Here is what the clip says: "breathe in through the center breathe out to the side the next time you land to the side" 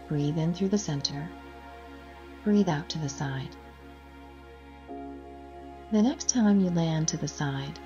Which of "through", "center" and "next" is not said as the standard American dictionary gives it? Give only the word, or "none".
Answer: none